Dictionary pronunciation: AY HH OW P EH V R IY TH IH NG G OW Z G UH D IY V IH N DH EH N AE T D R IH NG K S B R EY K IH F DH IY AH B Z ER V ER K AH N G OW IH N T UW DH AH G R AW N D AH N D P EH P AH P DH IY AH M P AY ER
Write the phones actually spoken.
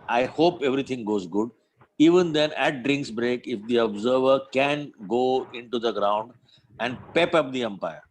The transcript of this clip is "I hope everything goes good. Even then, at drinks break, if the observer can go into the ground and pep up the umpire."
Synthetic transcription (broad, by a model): AY HH OW P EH V R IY T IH NG G OW Z G UH D IY V IH N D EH N AE T D R IH NG K S B R EY K IH F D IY AH B Z ER V ER K AH N G OW IH N T UW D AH G R AW N D AH N D P EH P AH P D IY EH M P AY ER